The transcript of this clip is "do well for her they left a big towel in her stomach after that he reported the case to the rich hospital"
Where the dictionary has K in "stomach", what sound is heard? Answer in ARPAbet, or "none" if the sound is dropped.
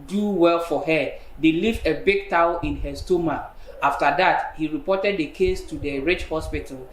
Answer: none